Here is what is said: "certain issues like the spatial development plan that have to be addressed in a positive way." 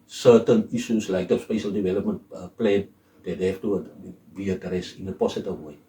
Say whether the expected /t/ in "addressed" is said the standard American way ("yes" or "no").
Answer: no